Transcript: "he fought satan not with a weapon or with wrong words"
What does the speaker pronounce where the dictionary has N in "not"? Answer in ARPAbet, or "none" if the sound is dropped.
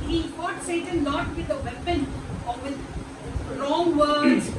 L